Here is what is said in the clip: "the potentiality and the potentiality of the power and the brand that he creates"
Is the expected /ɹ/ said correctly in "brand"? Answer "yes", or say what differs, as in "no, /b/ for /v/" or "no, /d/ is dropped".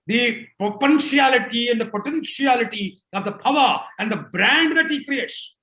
yes